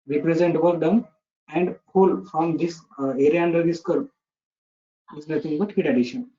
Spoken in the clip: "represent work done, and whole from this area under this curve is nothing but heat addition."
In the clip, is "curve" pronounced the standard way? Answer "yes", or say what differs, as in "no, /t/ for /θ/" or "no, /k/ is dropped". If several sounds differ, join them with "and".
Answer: no, /p/ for /v/